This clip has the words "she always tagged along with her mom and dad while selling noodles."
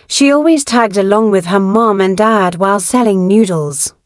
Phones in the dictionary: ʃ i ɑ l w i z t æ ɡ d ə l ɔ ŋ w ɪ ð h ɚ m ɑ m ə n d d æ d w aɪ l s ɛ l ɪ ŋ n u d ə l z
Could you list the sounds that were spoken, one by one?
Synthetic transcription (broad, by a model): ʃ i ɑ l w i z t æ ɡ d ə l ɔ ŋ w ɪ ð ɚ m ɑ m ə n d d æ d w aɪ l s ɛ l ɪ ŋ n u d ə l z